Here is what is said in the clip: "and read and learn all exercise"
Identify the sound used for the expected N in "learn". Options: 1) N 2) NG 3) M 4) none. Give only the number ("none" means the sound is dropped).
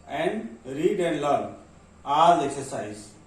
4